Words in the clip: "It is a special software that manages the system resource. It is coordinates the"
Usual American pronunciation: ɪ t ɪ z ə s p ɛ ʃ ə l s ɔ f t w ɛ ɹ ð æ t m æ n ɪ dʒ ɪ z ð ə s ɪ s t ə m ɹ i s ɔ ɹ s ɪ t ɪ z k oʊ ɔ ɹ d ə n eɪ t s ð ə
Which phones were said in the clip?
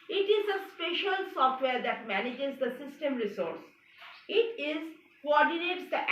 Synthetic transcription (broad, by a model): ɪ t ɪ z ə s p ɛ ʃ ə l s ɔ f t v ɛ ɹ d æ t m æ n ɪ dʒ ɪ z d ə s ɪ s t ə m ɹ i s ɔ ɹ s ɪ t ɪ z k oʊ ɔ ɹ d ə n eɪ t s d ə